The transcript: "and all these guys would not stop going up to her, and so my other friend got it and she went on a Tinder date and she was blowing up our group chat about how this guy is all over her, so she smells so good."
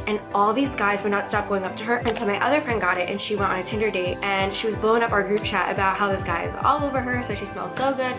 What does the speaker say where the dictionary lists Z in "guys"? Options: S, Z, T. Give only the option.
Z